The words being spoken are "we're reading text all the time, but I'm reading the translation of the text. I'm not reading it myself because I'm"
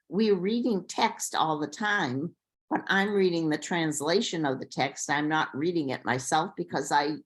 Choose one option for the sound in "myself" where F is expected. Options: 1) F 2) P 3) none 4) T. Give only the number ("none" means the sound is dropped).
1